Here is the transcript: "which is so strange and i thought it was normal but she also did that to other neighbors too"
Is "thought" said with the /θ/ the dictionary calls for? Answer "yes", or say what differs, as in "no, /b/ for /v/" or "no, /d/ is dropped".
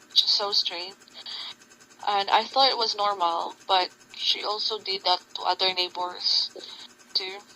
yes